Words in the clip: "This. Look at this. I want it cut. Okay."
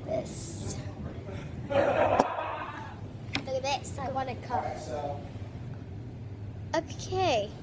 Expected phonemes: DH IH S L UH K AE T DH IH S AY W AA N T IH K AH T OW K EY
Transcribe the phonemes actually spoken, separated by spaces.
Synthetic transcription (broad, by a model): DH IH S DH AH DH AE T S AY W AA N IH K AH OW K EY